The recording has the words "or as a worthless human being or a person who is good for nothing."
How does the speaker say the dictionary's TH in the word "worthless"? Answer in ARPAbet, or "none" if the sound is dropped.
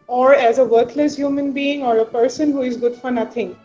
T